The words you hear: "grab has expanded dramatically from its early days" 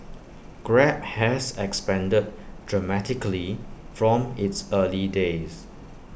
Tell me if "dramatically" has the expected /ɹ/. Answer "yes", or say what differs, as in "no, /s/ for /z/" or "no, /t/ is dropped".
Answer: yes